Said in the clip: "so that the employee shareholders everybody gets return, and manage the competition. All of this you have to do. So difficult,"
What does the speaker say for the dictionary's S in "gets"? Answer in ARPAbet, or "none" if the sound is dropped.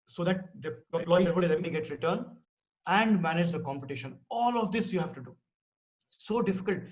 none